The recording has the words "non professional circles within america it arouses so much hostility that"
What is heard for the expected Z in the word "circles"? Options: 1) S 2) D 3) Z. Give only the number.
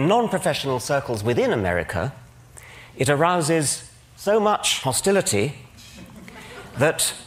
3